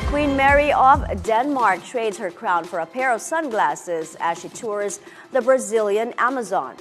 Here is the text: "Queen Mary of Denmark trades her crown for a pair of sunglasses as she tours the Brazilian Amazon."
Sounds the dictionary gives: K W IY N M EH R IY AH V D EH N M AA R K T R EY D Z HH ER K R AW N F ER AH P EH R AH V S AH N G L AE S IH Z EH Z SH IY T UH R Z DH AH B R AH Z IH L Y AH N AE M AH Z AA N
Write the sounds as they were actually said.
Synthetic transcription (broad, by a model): K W IY N M EH R IY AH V D EH N M AA R K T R EY D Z HH ER K R AW N F ER AH P EH R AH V S AH N G L AE S IH Z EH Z SH IY T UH R Z DH AH B R AH Z IH L Y AH N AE M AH Z AA N